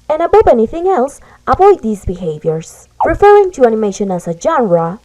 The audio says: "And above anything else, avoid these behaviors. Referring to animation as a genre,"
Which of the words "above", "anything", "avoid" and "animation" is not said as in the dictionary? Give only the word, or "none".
above